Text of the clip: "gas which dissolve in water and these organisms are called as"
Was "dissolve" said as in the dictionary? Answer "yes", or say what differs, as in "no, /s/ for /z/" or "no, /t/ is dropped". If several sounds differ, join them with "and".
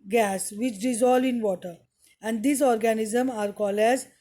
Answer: no, /v/ is dropped